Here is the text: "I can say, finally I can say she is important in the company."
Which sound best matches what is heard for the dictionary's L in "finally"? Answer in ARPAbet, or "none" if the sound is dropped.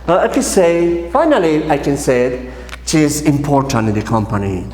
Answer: L